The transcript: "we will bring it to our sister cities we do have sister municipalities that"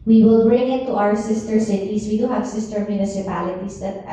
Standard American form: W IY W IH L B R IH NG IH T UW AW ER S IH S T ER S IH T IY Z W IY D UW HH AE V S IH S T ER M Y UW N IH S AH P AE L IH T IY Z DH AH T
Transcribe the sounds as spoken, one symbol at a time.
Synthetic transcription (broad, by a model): W IY W IH L B R IH NG IH T UW AW ER S IH S T ER S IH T IY S W IY D UW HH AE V S IH S T ER M Y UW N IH S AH P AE L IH T IY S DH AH T